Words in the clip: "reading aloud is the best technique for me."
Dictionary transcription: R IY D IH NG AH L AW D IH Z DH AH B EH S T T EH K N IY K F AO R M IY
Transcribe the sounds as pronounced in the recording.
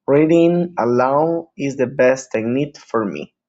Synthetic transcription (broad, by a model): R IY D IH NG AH L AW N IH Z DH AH B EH S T T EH N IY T F AO R M IY